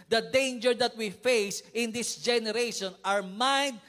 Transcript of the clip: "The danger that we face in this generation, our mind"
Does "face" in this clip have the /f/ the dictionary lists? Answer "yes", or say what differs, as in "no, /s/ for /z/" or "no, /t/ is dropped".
yes